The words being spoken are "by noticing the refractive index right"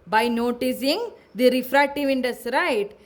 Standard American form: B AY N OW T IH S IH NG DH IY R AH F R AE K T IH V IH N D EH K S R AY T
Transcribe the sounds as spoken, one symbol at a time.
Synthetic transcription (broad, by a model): B AY N OW T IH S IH NG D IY R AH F R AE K T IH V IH N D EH S R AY T